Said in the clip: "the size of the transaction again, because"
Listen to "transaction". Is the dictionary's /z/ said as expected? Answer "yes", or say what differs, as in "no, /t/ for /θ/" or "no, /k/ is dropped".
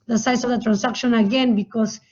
no, /s/ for /z/